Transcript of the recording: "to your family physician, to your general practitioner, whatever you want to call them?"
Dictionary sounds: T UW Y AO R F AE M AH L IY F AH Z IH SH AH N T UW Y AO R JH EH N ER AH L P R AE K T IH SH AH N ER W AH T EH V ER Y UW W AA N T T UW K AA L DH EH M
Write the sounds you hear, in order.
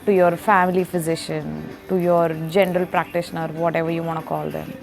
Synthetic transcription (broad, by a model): T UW Y AO R F AE M AH L IY F AH Z IH SH AH N T UW Y AO R JH EH N ER AH L P R AE K T IH SH AH N ER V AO T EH V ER Y UW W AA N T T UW K AA L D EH M